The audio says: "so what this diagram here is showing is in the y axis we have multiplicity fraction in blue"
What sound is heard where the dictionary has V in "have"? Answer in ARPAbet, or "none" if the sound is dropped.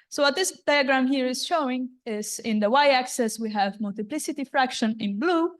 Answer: V